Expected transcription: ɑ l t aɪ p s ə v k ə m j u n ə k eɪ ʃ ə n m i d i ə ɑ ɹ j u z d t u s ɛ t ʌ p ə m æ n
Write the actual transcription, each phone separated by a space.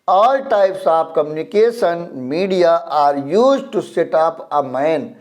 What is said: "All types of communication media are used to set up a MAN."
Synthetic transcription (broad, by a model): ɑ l t aɪ p s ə p k ə m j u n ə k eɪ ʃ ə n m i d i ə ɑ ɹ j u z t u s ɛ t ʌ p ə m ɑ n